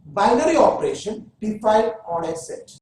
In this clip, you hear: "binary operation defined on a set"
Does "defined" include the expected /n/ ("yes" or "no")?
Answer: no